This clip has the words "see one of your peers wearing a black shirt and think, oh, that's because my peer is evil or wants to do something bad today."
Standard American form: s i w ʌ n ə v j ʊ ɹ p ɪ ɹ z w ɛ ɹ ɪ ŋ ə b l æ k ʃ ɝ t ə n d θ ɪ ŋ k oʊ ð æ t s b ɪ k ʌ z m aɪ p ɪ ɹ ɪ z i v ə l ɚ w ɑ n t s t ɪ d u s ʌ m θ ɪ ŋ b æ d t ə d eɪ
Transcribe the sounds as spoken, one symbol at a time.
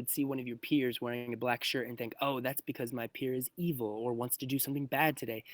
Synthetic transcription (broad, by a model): s i w ʌ n ə v j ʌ ɹ p ɪ ɹ z w ɛ ɹ ɪ ŋ ə b l æ k ʃ ɝ t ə n θ ɪ ŋ k oʊ ð æ t s b ɪ k ʌ z m aɪ p ɪ ɹ ɪ z i v l ɚ w ɑ n t s t ɪ d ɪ s ʌ m θ ɪ ŋ b æ d t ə d eɪ